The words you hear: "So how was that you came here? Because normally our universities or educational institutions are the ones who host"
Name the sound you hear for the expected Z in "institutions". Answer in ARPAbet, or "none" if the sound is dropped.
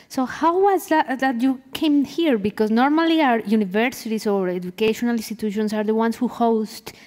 S